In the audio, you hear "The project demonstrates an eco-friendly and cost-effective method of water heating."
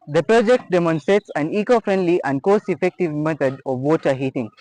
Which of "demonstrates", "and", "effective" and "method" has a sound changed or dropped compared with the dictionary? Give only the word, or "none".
method